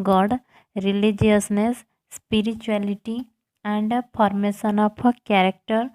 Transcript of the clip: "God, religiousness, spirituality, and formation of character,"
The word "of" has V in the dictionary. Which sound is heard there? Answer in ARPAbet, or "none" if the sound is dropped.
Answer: P